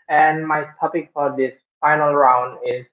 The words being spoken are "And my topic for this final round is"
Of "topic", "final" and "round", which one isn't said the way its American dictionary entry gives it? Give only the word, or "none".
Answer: none